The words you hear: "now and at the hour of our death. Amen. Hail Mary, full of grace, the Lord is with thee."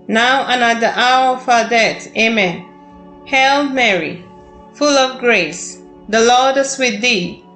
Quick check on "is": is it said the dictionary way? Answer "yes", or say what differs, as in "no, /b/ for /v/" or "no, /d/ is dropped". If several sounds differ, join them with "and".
no, /s/ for /z/